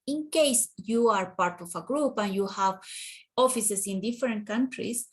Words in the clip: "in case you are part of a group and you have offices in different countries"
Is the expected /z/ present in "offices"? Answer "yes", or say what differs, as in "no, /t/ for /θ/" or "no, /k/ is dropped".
no, /s/ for /z/